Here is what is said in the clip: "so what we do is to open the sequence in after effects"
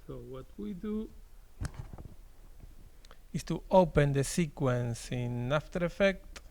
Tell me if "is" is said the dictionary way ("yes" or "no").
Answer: no